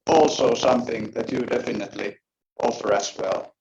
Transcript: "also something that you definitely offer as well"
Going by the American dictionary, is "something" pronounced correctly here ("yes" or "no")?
yes